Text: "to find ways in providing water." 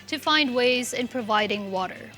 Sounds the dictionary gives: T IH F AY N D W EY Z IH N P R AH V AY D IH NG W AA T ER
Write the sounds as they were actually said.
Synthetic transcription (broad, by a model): T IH F AY N D W EY Z IH N P R AH V AY D IH NG W AA T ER